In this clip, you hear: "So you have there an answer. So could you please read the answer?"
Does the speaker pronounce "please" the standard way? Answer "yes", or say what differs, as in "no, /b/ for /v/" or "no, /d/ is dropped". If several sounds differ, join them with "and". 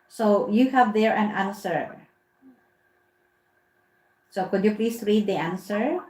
no, /s/ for /z/